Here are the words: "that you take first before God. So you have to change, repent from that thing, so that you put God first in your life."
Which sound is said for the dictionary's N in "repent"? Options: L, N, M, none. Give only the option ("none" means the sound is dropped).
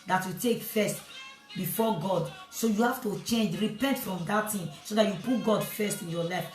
N